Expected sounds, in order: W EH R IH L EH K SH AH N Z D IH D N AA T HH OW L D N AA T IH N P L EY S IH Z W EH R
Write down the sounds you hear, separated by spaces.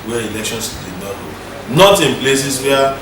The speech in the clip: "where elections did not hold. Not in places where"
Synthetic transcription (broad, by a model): W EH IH L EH K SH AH N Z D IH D N AA T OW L N AA T IH N P L EY S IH S W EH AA